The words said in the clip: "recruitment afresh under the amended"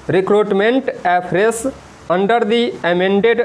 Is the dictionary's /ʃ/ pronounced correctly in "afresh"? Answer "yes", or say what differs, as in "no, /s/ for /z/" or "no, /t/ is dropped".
no, /s/ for /ʃ/